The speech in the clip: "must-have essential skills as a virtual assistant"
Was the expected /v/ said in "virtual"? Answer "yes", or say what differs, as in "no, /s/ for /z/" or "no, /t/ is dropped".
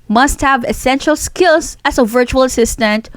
yes